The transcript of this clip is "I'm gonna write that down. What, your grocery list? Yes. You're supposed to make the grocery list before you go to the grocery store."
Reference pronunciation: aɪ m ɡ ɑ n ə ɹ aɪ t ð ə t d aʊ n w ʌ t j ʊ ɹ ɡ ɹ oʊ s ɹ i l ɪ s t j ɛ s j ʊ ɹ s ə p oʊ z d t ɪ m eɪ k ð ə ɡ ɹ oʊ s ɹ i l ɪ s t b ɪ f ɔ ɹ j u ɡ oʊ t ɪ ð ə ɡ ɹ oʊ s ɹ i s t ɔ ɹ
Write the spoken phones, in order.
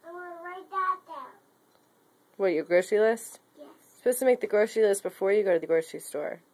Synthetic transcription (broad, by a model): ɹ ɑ ə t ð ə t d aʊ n w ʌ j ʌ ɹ ɡ ɹ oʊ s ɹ i l ɪ s t j ɛ s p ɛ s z t ɪ m eɪ k ð ə ɡ ɹ oʊ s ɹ i l ɪ s t b ɪ f ɔ ɹ j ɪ ɡ oʊ t ɪ ð ə ɡ ɹ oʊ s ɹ i s t ɔ ɹ